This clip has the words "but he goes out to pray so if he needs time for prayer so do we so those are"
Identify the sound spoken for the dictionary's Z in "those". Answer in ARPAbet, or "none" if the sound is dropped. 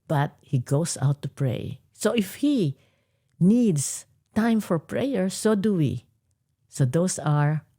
S